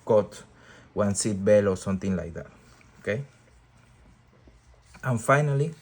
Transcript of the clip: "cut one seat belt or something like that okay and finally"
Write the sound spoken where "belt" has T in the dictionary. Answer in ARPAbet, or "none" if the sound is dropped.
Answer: none